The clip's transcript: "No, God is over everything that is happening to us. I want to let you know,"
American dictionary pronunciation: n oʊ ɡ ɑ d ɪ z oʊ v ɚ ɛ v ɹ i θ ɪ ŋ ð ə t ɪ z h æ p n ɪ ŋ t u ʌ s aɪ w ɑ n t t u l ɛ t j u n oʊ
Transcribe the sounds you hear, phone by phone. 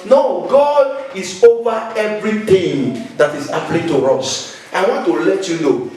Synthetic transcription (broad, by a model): n oʊ ɡ ɑ d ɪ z oʊ v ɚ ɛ v ɹ i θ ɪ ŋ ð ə t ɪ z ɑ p l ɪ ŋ t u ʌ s aɪ w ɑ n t t u l ɛ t j u n oʊ